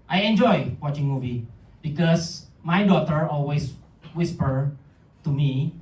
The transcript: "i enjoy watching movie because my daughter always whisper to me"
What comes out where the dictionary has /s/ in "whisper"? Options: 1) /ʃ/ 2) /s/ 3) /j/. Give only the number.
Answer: 2